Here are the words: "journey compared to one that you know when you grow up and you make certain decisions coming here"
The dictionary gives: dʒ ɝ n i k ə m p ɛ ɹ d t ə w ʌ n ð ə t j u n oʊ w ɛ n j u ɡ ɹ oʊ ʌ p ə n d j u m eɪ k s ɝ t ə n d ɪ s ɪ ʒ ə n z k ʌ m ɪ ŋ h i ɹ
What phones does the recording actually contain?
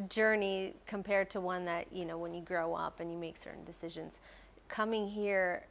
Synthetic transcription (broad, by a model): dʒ ɝ n i k ə m p ɛ ɹ d t ə w ʌ n ð ə t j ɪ n oʊ w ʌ n j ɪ ɡ ɹ oʊ ʌ p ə n j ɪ m eɪ k s ɝ t n d ɪ s ɪ ʒ ə n z k ʌ m ɪ ŋ h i ɹ